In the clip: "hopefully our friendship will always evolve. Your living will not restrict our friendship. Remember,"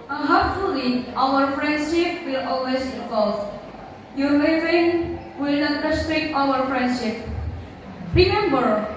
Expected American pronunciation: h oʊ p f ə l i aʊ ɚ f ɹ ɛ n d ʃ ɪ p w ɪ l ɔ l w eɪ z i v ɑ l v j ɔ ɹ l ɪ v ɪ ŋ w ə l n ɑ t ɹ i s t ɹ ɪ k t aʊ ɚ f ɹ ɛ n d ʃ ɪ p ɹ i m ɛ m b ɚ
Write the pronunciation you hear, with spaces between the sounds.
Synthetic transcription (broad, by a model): h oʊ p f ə l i aʊ ɚ f ɹ ɛ n d ʃ ɪ p w ɪ l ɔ l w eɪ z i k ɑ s j ɔ ɹ w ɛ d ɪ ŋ w ə l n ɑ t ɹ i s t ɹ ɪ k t aʊ ɚ f ɹ ɛ n d ʃ ɪ p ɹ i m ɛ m b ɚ